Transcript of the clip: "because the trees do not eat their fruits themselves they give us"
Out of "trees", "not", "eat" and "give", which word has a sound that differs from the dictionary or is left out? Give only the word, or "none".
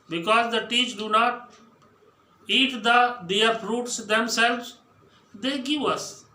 trees